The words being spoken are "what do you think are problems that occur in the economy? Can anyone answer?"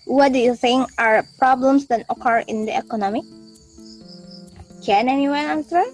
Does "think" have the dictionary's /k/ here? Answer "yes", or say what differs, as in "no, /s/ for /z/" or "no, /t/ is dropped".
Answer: no, /k/ is dropped